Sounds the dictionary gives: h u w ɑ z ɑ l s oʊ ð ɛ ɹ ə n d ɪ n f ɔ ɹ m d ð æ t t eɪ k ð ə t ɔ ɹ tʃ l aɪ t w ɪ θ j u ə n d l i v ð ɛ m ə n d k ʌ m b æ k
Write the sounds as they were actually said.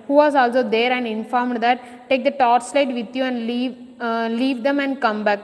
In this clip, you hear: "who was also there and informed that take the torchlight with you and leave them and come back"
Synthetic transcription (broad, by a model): h u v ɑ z ɑ l s oʊ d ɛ ɹ ə n d ɪ n f ɔ ɹ m d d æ t t eɪ k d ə t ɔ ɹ s l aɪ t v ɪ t j u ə n d l i v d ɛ m ə n d k ʌ m b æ k